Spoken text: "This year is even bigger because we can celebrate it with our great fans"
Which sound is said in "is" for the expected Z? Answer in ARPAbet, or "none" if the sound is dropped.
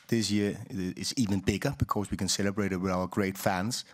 S